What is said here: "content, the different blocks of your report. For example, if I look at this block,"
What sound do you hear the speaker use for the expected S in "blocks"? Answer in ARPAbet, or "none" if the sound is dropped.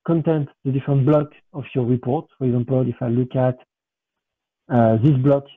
none